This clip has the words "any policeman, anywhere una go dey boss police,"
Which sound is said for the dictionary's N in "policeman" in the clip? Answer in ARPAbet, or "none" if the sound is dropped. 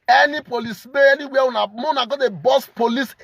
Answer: none